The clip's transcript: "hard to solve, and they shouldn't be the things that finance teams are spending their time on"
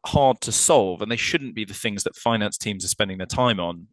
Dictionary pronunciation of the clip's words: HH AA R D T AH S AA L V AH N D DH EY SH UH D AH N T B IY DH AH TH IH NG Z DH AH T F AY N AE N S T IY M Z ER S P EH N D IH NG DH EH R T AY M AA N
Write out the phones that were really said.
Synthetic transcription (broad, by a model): HH AA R D T AH S AA L V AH N DH EY SH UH D N B IY DH AH TH IH NG Z DH AH T F AY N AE N S T IY M Z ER S P EH N D IH NG DH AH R T AY M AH N